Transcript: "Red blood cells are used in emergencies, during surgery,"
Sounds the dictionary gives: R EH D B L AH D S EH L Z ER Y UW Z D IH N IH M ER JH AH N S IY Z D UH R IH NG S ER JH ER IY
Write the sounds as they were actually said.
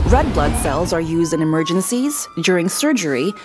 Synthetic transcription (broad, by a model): R EH D B L AH D S EH L Z ER Y UW Z D IH N IH M ER JH AH N S IY Z D UH R IH NG S ER JH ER IY